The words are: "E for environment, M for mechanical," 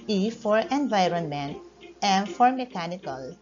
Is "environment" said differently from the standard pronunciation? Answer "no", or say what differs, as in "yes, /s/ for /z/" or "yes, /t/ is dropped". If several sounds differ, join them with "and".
no